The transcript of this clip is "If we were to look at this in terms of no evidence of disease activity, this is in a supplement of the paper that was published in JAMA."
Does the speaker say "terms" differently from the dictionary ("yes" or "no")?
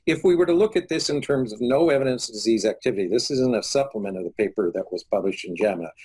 no